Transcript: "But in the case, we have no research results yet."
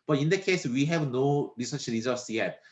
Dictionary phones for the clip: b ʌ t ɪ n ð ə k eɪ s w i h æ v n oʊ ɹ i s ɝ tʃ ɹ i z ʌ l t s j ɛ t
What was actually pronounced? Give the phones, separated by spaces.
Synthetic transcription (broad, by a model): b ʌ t ɪ n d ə k eɪ s w i h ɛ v n oʊ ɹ i s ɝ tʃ l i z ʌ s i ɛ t